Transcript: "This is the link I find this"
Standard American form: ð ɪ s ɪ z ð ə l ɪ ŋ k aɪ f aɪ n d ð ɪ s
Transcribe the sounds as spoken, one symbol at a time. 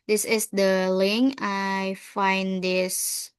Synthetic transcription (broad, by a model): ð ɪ s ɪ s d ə l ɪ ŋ aɪ f aɪ n d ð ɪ s